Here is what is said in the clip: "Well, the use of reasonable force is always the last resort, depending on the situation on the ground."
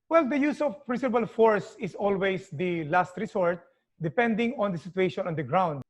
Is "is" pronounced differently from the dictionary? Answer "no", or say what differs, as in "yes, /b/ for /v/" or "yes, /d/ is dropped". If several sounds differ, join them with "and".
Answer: yes, /s/ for /z/